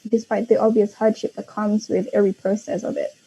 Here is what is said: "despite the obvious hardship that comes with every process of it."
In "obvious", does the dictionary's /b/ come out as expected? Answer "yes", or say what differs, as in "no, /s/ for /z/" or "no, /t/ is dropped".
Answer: yes